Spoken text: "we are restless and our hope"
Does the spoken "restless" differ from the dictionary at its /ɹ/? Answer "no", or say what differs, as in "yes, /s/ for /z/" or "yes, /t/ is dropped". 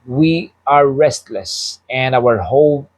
no